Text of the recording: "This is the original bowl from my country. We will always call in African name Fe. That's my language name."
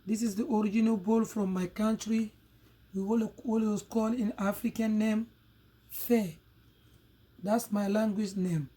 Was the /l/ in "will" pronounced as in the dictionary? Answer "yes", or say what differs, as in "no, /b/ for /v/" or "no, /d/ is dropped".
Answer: no, /w/ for /l/